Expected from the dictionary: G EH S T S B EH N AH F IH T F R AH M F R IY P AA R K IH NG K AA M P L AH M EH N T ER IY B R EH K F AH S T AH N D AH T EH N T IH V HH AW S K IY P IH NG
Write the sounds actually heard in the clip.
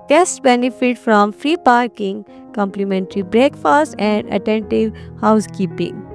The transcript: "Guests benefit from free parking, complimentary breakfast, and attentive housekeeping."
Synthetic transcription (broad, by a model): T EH S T B EH N AH F IH T F R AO M F R IY P AA R K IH NG K AA M P L AH M EH N T ER IY B R EH K F AH S T AH N D AH T EH N T IH V HH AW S K IY P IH NG